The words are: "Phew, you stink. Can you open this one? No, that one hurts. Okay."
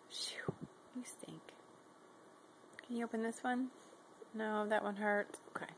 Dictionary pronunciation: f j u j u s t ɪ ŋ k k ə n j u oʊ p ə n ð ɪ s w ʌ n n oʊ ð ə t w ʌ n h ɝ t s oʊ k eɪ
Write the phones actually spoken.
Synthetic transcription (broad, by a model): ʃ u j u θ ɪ ŋ k k ə n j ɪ oʊ p ə n ð ɪ s w ʌ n n oʊ ð ə t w ʌ n h ɝ t oʊ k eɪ